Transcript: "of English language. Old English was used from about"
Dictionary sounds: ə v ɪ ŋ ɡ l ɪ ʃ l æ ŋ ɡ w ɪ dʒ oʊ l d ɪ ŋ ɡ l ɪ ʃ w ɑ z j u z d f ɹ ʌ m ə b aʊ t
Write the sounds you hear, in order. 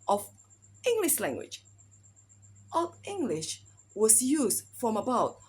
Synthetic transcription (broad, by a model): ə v ɪ ŋ ɡ l ɪ ʃ l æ ŋ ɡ w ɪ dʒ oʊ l ɪ ŋ ɡ l ɪ ʃ w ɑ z j u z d f ɹ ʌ m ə b aʊ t